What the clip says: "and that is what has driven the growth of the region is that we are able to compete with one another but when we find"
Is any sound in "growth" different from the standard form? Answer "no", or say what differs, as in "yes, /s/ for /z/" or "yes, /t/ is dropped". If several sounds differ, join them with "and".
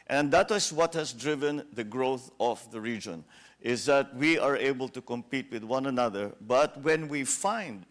no